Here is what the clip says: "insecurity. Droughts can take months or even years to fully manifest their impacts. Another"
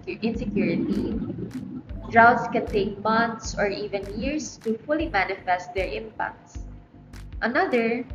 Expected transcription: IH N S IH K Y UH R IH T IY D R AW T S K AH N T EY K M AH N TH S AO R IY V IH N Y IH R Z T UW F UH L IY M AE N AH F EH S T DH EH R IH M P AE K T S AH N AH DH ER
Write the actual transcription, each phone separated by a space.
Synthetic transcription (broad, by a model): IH N S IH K Y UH R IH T IY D R AW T S K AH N T EY K M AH N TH S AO R IY V IH N Y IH R S T UW F UH L IY M AE N AH F EH S T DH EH R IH M P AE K T S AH N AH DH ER